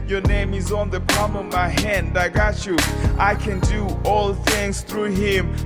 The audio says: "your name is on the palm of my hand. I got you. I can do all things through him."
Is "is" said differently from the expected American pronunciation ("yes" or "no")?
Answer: no